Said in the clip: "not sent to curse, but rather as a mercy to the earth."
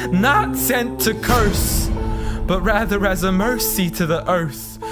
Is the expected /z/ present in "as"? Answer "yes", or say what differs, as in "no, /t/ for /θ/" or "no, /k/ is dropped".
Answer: yes